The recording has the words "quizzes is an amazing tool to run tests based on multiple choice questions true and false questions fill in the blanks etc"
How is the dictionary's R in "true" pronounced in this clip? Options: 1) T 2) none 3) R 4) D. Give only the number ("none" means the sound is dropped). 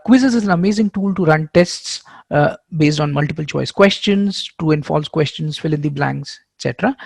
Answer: 2